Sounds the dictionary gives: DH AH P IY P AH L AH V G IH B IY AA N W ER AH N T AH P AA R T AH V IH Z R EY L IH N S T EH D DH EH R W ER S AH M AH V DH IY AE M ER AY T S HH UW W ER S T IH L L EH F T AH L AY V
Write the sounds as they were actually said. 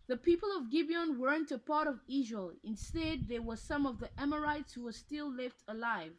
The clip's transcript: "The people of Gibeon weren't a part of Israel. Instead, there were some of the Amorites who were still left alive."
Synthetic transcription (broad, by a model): DH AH P IY P AH L AH V G IH B IY AA N W ER AH N T AH P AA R T AH V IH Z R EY L IH N S T EH D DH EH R W ER S AH M AH V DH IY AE M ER AY T S HH UW W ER S T IH L L EH F T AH L AY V